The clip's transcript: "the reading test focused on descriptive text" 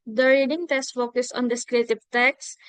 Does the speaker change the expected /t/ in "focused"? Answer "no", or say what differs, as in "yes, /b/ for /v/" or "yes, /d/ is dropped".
yes, /t/ is dropped